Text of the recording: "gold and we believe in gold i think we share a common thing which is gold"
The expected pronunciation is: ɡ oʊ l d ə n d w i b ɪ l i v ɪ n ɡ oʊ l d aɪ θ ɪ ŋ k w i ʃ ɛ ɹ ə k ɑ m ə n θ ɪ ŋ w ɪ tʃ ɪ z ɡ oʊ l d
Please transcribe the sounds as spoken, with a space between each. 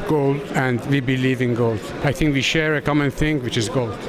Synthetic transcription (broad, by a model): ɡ oʊ l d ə n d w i b ɪ l i v ɪ n ɡ oʊ l d aɪ θ ɪ ŋ k w i ʃ ɛ ɹ ə k ɑ m ə n θ ɪ ŋ w ɪ tʃ ɪ z ɡ oʊ l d